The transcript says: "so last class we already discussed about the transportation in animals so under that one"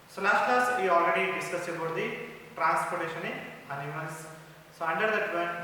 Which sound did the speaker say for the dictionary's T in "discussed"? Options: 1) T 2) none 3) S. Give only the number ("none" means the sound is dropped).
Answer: 2